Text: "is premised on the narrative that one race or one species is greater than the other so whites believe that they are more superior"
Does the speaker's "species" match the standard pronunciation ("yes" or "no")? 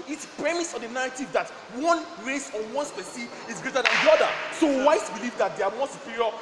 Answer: no